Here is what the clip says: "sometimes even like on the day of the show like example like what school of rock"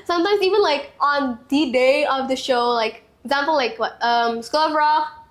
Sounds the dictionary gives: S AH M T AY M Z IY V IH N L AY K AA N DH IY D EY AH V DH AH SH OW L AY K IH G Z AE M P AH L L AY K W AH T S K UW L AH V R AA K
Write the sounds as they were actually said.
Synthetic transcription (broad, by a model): S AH M T AY M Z IY V IH N L AY K AA N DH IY D EY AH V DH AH SH OW L AY K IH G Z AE M P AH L L AY K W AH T S K UW L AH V R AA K